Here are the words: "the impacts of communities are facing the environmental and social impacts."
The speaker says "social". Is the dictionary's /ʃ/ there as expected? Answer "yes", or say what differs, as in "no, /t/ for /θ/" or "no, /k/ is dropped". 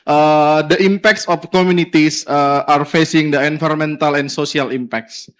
no, /s/ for /ʃ/